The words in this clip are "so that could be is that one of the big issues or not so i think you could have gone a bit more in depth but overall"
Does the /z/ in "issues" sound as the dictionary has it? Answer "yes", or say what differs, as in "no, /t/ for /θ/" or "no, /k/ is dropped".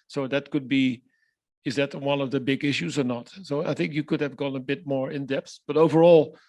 yes